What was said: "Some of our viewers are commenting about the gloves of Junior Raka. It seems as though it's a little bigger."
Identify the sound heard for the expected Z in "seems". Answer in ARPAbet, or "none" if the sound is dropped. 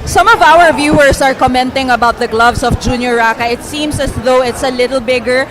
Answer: S